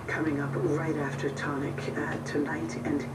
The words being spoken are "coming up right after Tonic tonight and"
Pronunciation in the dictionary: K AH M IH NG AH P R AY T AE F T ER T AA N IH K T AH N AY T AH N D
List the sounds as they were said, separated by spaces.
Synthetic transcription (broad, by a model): K AH M IH NG AH P R AY T AE F T ER T AA N IH K T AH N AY T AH N